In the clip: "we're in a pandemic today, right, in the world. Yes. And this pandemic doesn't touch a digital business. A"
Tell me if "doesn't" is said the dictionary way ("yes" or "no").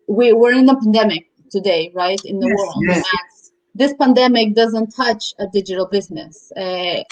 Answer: yes